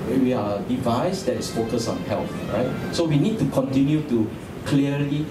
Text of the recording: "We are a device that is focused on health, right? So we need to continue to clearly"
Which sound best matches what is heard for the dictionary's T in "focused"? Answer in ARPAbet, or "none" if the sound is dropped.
none